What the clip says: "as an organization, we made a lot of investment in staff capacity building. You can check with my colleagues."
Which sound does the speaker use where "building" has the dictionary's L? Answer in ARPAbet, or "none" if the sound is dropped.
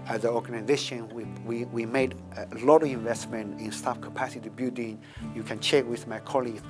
none